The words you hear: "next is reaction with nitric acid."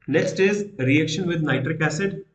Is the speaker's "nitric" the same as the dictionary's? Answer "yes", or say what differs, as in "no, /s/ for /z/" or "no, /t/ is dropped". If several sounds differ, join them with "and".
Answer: yes